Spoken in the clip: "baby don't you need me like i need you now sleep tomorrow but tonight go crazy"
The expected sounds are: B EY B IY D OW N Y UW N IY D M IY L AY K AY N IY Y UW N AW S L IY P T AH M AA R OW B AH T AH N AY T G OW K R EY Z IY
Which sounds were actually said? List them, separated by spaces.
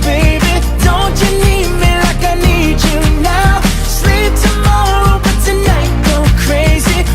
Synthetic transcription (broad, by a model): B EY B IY D OW N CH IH N IY D M IY L AY K AY N IY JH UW N AW S L IY P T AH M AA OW B AH T AH N AY T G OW K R EY Z IY